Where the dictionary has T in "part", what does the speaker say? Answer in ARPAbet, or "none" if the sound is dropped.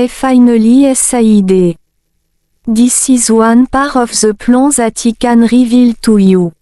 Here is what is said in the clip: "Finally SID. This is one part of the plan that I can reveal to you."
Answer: none